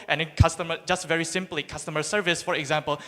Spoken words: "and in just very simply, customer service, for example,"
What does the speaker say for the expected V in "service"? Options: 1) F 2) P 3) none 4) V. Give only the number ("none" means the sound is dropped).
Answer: 4